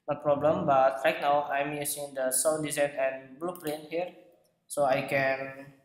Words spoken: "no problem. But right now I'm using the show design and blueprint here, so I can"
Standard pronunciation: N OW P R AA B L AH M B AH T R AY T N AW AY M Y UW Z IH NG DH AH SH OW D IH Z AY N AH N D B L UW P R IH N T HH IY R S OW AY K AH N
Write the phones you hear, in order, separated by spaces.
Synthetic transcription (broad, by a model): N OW P R AA B L AH M B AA T R AY T N AW AY M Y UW S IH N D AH S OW D IH Z AY N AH N B L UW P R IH N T HH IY R S OW AY K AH N